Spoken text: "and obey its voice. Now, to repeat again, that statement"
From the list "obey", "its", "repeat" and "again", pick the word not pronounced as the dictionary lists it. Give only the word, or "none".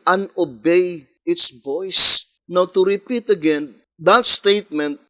none